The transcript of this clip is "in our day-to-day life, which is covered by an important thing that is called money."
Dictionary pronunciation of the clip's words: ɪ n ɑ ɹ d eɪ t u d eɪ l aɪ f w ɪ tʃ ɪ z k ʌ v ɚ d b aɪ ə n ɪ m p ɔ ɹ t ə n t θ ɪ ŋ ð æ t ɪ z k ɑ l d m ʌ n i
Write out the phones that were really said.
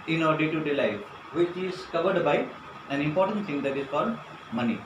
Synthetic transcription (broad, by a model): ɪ n ɑ ɹ d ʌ t u d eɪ l aɪ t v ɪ tʃ ɪ z k ʌ v ɚ d b aɪ ə n ɪ m p ɔ ɹ t ə n t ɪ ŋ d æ t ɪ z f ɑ d m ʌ n i